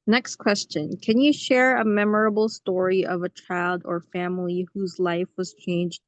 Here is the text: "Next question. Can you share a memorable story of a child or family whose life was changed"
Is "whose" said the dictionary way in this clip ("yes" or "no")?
yes